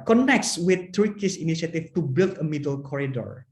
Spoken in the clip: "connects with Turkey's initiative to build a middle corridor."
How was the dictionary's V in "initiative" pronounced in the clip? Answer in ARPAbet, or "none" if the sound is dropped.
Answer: F